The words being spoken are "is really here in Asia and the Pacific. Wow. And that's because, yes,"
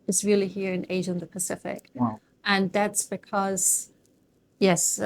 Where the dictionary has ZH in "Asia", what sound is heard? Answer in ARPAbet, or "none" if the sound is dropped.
ZH